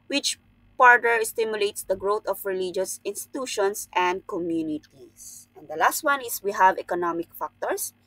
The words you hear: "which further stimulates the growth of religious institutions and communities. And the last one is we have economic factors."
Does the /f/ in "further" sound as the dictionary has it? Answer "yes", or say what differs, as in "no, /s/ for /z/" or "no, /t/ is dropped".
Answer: no, /p/ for /f/